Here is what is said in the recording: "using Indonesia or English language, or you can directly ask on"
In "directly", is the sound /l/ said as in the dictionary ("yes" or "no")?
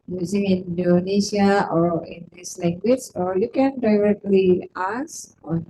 yes